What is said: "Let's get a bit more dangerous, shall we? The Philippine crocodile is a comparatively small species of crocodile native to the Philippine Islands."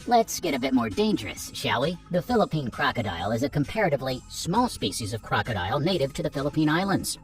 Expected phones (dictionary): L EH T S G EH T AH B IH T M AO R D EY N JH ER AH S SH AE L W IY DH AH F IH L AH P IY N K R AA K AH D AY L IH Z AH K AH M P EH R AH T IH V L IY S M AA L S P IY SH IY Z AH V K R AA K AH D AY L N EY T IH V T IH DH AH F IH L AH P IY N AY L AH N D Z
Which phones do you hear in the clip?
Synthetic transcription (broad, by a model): L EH T S G EH T AH B IH T M AO R D EY N JH ER AH S SH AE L IY DH AH F IH L AH P IY N K R AA K AH D AY L IH Z AH K AH M P EH R AH T IH V L IY S M AA L S P IY SH IY Z AH V K R AA K AH D AY L N EY T IH V T IH DH AH F IH L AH P IY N AY L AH N D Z